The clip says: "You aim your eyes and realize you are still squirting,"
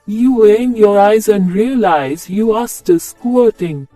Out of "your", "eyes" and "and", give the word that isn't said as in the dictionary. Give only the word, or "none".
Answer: none